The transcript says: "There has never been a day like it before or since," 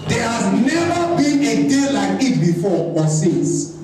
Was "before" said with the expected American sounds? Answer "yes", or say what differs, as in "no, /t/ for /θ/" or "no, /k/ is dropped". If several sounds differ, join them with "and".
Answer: no, /w/ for /ɹ/